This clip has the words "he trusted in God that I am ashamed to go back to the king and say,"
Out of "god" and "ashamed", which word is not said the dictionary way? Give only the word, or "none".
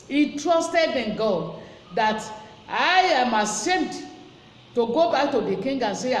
ashamed